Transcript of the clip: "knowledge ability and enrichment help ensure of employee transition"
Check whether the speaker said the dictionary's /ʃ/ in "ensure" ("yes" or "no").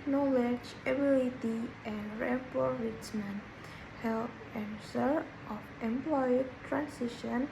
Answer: no